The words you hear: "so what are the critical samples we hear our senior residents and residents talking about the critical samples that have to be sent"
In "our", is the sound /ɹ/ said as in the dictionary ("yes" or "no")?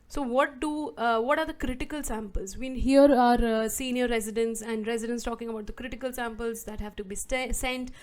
yes